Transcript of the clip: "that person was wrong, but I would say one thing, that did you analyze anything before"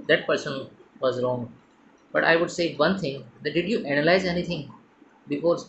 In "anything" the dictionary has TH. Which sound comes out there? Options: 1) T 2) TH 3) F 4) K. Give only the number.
1